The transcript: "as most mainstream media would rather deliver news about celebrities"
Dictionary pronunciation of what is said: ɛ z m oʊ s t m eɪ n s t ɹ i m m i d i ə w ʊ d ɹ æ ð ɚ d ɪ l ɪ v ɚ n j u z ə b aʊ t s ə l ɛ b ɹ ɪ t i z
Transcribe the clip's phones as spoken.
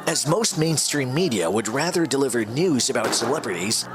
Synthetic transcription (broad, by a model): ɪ z m oʊ s t m eɪ n s t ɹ i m m i d i ə w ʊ d ɹ æ ð ɚ d ɪ l ɪ v ɚ n j u z ə b aʊ t s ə l ɛ b ɹ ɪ t i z